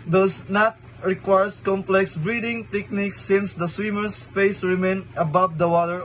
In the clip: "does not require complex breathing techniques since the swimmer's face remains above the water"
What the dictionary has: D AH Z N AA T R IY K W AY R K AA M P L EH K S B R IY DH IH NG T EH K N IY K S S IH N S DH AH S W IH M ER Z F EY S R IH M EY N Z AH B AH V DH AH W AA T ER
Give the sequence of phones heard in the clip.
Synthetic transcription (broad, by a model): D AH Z N AA T R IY K W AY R K AA M P L EH K S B R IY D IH NG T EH K N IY K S S IH N S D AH S W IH M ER S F EY S R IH M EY N AH B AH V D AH W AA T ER